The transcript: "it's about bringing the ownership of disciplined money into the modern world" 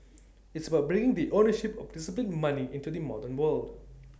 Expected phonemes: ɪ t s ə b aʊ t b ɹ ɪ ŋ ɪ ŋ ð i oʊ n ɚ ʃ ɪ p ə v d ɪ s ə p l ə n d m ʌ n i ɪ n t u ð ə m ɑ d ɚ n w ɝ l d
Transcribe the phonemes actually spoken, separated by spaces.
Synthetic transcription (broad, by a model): ɪ t s ə b aʊ t b ɹ ɪ ŋ ɪ ŋ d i oʊ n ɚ ʃ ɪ p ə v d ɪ s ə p l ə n m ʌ n i ɪ n t u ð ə m ɑ d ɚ n w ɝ l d